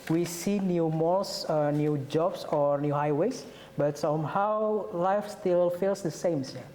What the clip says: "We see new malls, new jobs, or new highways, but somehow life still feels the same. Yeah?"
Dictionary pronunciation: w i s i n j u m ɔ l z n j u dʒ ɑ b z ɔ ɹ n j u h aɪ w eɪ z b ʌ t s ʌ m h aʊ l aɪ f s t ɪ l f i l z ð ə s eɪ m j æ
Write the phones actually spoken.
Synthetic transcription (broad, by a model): w i s i n j u m ɔ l s n j u dʒ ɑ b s ɔ ɹ n j u h aɪ w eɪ s b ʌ t s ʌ m h aʊ l aɪ f s t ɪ l f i l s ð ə s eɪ m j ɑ